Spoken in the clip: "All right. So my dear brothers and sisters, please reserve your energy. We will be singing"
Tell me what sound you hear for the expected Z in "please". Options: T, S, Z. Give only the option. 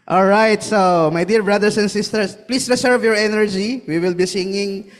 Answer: S